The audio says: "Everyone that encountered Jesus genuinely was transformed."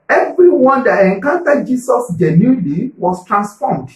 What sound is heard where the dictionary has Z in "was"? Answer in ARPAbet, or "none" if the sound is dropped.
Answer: S